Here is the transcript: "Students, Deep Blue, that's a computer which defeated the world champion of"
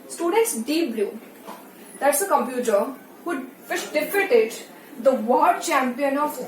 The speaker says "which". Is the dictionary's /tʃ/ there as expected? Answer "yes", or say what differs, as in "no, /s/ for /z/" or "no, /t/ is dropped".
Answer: no, /ʃ/ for /tʃ/